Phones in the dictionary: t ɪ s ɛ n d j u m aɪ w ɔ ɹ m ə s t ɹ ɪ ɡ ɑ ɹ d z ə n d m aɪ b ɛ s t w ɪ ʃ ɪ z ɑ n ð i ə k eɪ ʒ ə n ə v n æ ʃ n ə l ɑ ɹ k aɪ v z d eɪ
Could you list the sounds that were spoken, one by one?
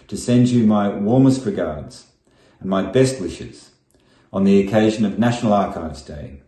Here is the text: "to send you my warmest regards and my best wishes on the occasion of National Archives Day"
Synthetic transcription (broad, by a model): t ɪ s ɛ n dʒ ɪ m aɪ w ɔ ɹ m ə s t ɹ ɪ ɡ ɑ ɹ d z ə n m aɪ b ɛ s t w ɪ ʃ ɪ z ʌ n ð i ə k eɪ ʒ ə n ə v n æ ʃ n l ɑ ɹ k aɪ v z d eɪ